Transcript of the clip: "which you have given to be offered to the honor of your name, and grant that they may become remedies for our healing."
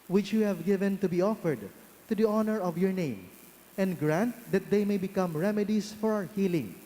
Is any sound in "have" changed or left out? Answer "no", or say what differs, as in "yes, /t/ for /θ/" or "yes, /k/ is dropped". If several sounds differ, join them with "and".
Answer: no